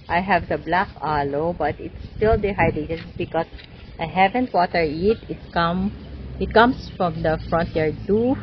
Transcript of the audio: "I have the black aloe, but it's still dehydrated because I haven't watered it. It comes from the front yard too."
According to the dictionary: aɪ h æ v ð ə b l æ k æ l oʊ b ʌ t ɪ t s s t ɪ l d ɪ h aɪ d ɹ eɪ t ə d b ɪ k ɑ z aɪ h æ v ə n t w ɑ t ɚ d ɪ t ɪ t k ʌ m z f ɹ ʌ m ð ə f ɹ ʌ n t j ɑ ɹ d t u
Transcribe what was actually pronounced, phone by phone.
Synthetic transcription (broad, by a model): aɪ h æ v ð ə b l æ k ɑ l oʊ b ʌ t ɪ t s s t ɪ l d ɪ h aɪ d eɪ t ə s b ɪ k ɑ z aɪ h æ v ə n t w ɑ t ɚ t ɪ t ɪ t k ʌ m s f ɹ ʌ m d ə f ɹ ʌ n t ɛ ɹ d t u